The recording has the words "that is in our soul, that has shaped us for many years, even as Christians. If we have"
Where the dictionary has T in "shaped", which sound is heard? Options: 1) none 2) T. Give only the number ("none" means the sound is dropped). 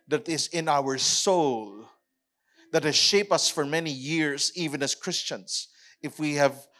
1